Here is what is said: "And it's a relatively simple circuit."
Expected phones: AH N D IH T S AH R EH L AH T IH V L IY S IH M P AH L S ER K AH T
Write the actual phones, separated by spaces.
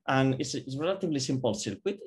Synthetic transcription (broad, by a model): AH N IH S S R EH L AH T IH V L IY S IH M P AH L S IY K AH T